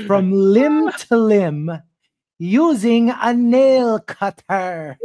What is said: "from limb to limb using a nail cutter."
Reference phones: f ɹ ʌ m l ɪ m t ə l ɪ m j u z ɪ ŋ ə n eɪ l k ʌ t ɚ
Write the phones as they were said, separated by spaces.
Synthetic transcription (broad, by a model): f ɹ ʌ m l ɪ m t ə l ɪ m j u z ɪ ŋ ə n eɪ l k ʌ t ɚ